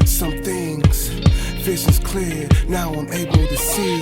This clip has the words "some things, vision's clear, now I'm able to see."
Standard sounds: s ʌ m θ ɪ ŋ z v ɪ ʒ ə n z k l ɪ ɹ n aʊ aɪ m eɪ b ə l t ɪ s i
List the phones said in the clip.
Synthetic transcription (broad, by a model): s ʌ m θ ɪ ŋ z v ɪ ʃ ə z k l ɪ ɹ n aʊ aɪ m eɪ b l t ɪ s i